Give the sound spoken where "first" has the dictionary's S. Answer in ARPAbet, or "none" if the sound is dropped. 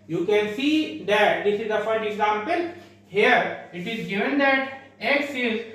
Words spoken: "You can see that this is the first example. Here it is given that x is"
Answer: none